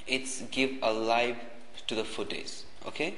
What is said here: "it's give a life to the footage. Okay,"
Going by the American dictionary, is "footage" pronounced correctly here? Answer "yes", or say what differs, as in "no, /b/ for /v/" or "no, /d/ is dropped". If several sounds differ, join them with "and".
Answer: no, /z/ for /dʒ/